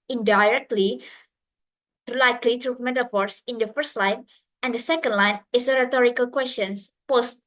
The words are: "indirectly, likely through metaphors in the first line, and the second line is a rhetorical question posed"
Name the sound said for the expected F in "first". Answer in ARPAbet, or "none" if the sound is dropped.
F